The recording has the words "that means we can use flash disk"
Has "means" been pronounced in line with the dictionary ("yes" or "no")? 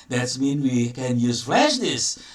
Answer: no